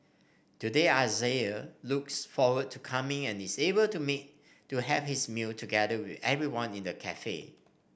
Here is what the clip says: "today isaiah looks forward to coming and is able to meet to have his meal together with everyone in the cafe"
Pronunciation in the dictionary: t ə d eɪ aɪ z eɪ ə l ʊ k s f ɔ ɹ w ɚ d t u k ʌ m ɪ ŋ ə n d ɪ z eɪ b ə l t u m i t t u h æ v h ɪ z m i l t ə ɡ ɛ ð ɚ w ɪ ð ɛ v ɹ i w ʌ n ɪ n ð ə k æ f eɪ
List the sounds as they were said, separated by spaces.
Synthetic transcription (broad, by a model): t ə d eɪ aɪ z eɪ ə l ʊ k s f ɔ w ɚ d t u k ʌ m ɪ ŋ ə n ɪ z eɪ b ə l t u m i t t u h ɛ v h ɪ s m i l t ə ɡ ɛ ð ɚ w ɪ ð ɛ v ɹ i w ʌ n ɪ n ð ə k æ f eɪ